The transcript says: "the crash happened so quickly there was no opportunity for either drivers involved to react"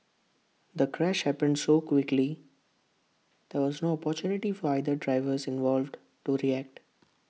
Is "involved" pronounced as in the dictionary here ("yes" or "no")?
yes